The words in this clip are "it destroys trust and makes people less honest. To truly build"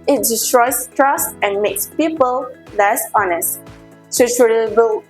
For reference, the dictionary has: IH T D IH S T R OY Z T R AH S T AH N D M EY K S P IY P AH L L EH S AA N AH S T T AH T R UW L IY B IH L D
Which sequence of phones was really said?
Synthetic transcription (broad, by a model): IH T D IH S T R OY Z T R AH S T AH N M EY K S P IY P AH L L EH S AA N AH S T S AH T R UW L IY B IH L